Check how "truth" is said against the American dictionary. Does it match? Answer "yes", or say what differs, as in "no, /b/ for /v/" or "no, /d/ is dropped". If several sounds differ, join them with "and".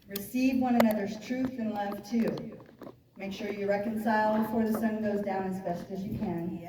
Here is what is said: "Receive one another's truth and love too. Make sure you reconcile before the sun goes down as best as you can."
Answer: yes